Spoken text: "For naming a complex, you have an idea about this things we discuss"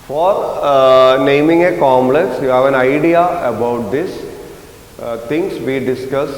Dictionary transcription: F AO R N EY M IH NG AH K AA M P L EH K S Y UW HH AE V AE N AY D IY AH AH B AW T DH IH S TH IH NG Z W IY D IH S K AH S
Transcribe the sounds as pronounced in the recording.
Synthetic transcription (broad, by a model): F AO R N EY M IH NG AH K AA M L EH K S Y UW HH AE V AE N AY D IY AH AH B AW T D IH S T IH NG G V IY D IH S K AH S